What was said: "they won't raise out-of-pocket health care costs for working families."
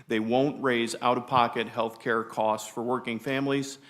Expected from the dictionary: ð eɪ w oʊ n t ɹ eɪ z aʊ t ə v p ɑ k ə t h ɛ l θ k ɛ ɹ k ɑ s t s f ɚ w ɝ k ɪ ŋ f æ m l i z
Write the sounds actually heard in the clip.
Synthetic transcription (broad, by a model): ð eɪ w oʊ n t ɹ eɪ z aʊ t ə v p ɑ k ə t h ɛ l θ k ɛ ɹ k ɑ s t s f ɚ w ɝ k ɪ ŋ f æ m l i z